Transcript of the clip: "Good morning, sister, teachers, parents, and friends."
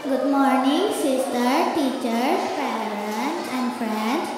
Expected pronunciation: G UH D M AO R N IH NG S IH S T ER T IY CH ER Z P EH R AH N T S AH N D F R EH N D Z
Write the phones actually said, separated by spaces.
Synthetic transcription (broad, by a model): G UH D M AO R N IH NG S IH S T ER T IY CH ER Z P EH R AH T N AH N D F R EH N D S